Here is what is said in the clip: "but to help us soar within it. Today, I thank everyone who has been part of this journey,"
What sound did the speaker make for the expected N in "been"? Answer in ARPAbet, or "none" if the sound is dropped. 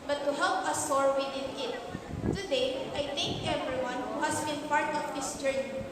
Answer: N